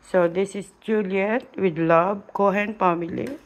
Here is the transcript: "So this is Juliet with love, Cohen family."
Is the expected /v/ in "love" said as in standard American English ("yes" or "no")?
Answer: no